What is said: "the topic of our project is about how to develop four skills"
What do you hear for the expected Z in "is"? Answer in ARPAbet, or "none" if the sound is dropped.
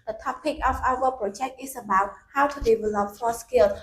S